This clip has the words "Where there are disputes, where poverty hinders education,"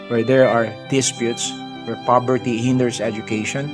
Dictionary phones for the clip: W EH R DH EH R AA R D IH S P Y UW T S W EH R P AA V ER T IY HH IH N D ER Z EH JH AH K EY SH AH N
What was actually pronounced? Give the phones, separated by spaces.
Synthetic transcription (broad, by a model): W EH R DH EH R AA R D IH S P Y UW T S W EH R P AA B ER T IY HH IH N D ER S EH JH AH K EY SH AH N